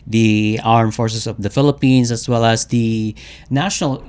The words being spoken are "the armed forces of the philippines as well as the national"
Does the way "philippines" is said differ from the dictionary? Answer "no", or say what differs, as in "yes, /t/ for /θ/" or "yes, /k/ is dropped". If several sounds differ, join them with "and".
yes, /s/ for /z/